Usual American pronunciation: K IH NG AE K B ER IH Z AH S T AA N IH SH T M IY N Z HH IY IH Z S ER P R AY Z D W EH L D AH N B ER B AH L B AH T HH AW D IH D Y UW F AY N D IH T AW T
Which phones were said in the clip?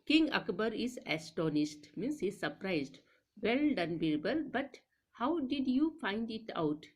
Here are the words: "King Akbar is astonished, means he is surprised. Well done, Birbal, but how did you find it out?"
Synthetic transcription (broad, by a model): K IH NG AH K B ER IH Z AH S T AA N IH S T M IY N S HH IY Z S ER P R AY Z D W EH L D AH N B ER B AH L B AH T HH AW D IH D Y UW F AY N D IH T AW T